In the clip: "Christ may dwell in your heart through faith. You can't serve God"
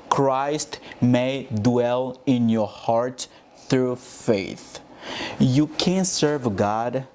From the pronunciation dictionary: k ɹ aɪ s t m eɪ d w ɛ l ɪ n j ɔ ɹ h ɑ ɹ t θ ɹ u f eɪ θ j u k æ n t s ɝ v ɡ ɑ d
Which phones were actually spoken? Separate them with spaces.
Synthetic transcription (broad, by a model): k ɹ aɪ s t m eɪ d w ɛ l ɪ n j ɔ ɹ h ɑ ɹ t θ ɹ u f eɪ θ j u k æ n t s ɝ v ɡ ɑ d